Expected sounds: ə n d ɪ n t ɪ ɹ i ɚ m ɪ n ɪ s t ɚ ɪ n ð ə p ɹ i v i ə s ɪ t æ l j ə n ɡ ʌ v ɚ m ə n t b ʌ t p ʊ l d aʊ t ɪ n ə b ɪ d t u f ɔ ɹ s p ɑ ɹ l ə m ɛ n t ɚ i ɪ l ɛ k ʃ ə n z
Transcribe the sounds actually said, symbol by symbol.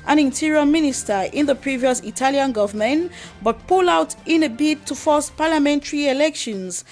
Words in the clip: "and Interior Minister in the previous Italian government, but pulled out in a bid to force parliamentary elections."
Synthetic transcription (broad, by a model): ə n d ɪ n t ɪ ɹ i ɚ m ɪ n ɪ s t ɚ ɪ n ð ə p ɹ i v i ə s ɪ t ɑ l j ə n ɡ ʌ v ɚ m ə n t b ʌ t p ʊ l aʊ t ɪ n ə b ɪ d t u f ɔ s p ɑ l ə m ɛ n t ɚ i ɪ l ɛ k ʃ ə n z